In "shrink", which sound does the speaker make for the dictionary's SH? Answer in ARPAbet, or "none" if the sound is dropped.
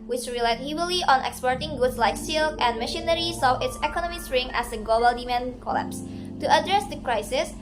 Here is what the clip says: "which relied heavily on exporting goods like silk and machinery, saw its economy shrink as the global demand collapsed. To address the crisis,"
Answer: S